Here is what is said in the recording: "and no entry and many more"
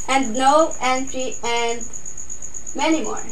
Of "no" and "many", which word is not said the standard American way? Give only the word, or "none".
no